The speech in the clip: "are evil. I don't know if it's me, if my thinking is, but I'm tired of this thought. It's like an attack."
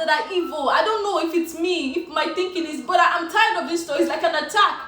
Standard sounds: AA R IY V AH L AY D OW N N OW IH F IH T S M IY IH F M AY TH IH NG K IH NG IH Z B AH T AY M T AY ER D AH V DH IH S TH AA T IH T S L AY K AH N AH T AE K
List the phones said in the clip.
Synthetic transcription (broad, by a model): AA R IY V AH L AY D OW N N OW IH F IH T S M IY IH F M AY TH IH NG K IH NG IH Z B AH T AY M T AY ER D AH V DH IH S T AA IH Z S L AY K AH N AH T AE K